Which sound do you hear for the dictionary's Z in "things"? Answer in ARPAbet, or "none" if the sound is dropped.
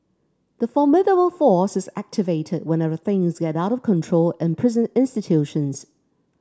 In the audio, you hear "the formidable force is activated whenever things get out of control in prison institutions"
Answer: Z